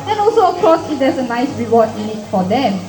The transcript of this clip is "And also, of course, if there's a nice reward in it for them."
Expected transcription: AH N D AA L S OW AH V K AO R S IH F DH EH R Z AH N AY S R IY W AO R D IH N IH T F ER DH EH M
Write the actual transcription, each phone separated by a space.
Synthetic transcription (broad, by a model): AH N AA L S OW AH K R AO S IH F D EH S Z AH N AY S R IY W AO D IH N IH T F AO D EH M